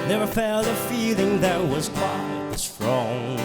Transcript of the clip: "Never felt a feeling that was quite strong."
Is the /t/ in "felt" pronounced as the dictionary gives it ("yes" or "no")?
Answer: no